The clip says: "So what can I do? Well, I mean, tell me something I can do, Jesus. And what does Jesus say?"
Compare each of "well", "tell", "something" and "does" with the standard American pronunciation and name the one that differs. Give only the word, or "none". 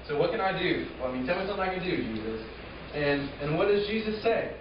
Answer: something